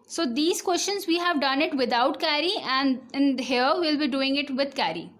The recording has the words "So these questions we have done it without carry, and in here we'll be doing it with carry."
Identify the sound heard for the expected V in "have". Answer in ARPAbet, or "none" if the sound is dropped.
V